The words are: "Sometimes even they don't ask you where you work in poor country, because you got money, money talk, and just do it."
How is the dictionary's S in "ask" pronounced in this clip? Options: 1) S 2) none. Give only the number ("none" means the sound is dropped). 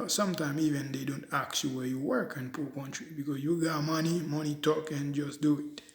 2